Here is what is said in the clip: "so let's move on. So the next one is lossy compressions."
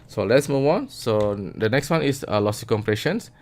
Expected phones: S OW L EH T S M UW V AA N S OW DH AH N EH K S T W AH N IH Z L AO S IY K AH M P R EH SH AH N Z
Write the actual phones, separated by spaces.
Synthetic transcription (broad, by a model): S OW L EH T S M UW W AA N S OW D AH N EH K S T W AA N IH S L AO S IY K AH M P R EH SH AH N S